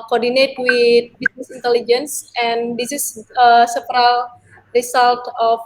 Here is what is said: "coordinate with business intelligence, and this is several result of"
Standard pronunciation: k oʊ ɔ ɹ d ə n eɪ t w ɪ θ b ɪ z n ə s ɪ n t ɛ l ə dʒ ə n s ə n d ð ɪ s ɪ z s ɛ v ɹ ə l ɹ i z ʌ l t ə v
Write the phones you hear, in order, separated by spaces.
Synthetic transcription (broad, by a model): k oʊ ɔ ɹ d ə n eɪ t w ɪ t b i s n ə s ɪ n t ɛ l ə dʒ ə n s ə n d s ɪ s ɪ s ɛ p ɹ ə l ɹ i s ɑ l t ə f